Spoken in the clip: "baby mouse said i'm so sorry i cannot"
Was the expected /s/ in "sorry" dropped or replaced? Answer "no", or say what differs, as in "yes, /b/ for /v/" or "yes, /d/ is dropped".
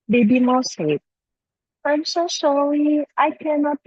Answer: yes, /ʃ/ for /s/